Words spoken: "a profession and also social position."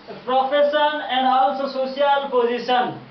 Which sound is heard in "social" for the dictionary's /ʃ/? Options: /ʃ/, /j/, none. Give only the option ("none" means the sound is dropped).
none